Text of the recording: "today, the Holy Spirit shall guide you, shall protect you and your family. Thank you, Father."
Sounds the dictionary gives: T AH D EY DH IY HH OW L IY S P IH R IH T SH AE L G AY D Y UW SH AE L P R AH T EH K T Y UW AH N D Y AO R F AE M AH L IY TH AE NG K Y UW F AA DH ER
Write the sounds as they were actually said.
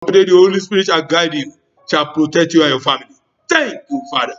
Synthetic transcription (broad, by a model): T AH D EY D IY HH OW L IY S P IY R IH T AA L G AY D Y UW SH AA L P R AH T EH K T Y UW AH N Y AO F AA M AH L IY T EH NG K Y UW F AA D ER